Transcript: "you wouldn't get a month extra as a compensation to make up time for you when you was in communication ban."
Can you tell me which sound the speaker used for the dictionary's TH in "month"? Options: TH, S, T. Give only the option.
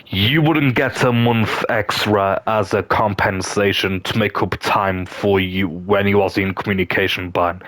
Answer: TH